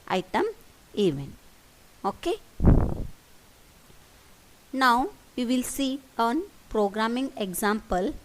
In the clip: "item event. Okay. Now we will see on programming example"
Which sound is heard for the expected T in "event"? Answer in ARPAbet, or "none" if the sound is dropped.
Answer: none